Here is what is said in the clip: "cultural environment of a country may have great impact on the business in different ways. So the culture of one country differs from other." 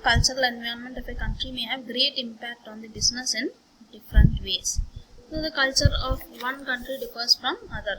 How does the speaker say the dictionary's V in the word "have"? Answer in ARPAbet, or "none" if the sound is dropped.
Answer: V